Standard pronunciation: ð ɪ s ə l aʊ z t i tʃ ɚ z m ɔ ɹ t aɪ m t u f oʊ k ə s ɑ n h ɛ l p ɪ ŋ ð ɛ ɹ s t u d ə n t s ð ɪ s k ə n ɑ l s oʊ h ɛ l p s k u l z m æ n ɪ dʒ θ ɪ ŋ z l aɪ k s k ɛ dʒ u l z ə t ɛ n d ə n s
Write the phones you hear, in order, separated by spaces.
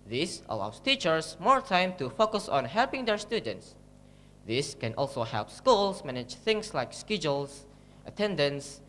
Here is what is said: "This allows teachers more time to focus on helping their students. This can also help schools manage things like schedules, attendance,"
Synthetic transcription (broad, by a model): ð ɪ s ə l aʊ s t i tʃ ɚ s m ɔ ɹ t aɪ m t u f oʊ k ə s ɑ n h ɛ l p ɪ ŋ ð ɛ ɹ s t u d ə n t s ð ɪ s k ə n ɑ l s oʊ h ɛ l p s k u l s m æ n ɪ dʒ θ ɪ ŋ s l aɪ k s k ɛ dʒ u l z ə t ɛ n d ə n s